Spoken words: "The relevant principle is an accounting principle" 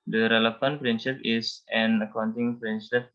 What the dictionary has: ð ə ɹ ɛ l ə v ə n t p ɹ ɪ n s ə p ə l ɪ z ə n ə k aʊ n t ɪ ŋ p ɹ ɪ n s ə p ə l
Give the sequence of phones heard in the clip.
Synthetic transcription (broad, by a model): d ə ɹ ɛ l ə f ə n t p ɹ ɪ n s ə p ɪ s ə n ə k aʊ n t ɪ ŋ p ɹ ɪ n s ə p